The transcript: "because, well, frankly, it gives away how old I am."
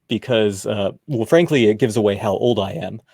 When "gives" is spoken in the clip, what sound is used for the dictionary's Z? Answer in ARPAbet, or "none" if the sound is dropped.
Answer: Z